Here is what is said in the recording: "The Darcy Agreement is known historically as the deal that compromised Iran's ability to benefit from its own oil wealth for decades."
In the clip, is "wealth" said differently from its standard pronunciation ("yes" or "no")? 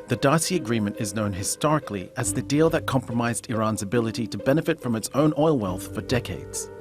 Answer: no